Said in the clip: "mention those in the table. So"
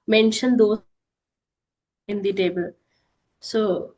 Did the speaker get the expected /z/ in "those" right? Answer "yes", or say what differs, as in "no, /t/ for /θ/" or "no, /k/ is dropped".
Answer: no, /z/ is dropped